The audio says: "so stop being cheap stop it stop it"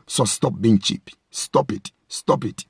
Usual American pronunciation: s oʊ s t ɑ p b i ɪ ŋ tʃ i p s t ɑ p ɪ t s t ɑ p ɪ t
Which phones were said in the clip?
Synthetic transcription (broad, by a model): s oʊ s t ɑ p b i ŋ tʃ i p s t ɑ p ɪ t s t ɑ p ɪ t